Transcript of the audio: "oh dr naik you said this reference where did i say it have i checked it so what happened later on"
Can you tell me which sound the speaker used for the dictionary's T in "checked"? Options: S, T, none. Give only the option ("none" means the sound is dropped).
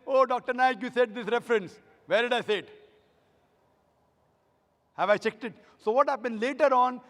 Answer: T